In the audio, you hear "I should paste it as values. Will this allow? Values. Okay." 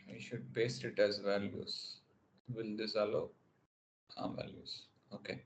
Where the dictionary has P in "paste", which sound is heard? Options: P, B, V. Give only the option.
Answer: B